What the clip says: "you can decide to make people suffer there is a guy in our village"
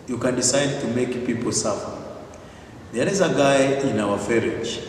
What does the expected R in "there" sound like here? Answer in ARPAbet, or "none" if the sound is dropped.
L